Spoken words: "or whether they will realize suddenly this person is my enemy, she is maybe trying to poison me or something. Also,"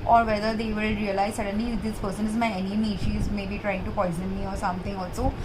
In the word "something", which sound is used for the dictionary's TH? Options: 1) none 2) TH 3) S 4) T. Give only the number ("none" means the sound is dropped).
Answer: 4